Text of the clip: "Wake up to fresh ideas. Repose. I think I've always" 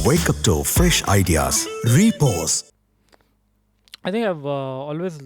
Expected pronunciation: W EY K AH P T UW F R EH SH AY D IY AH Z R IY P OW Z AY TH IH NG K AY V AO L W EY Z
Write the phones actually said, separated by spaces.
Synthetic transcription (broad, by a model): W EY K AH P T UW F R EH SH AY D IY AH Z R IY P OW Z AY T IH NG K AY V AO L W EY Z